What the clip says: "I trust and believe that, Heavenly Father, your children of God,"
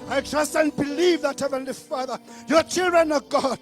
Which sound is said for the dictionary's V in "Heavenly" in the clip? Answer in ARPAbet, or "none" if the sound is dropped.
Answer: V